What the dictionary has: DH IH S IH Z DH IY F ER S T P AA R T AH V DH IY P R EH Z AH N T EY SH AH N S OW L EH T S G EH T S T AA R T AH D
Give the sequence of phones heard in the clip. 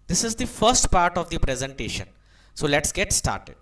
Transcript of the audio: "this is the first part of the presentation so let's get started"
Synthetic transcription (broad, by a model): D IH S IH Z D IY F ER S T P AA R T AH V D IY P R EH Z AH N T EY SH AH N S OW L EH T S G EH T S T AA R T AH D